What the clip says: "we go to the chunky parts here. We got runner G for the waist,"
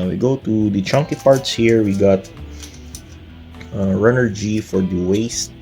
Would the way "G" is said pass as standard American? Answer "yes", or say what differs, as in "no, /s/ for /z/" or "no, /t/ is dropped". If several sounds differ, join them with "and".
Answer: yes